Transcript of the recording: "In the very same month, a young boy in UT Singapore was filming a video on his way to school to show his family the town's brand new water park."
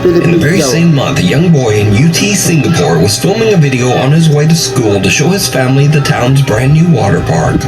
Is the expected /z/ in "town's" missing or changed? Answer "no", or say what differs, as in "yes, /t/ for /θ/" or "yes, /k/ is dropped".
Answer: no